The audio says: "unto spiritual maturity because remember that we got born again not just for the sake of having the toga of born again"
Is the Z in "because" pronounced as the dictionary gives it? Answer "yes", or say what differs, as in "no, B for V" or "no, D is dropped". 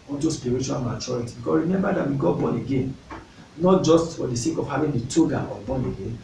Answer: no, Z is dropped